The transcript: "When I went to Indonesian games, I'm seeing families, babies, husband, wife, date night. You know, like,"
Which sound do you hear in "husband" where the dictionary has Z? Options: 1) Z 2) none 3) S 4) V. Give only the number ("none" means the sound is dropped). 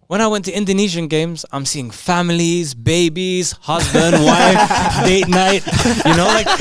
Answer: 1